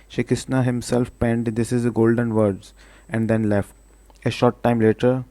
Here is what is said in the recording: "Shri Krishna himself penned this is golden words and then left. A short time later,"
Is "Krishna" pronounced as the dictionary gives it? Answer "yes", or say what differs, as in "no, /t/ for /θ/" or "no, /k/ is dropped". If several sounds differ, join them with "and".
no, /ɹ/ is dropped and /s/ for /ʃ/